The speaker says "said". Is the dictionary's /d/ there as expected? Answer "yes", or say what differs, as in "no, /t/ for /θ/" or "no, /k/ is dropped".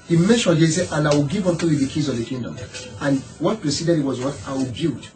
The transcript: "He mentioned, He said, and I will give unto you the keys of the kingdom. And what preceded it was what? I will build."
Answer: no, /d/ is dropped